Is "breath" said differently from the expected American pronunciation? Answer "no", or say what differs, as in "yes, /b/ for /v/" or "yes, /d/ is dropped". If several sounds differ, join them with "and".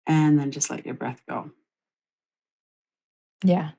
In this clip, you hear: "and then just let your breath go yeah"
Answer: no